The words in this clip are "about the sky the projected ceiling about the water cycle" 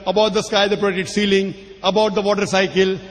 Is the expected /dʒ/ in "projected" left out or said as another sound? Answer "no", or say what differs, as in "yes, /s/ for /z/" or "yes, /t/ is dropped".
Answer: yes, /dʒ/ is dropped